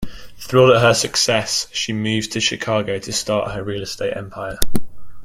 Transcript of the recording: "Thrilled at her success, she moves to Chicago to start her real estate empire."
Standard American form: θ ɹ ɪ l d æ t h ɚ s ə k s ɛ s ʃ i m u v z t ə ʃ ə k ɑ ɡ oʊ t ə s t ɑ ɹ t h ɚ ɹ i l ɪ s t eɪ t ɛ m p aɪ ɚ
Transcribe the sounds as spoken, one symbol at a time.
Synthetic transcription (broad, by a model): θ ɹ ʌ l ʌ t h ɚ s ə k s ɛ s ʃ i m u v t ə ʃ ə k ɑ ɡ oʊ t ə s t ɑ t h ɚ ɹ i l ɪ s t eɪ t ɛ m p aɪ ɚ